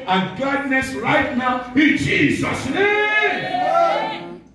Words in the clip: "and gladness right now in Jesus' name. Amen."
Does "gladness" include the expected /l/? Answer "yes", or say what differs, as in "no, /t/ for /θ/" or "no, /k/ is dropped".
no, /l/ is dropped